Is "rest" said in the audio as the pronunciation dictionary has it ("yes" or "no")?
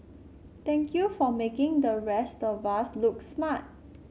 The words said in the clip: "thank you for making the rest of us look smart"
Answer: yes